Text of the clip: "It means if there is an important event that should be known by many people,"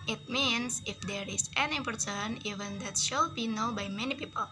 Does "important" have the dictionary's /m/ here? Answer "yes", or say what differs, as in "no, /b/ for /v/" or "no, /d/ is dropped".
no, /m/ is dropped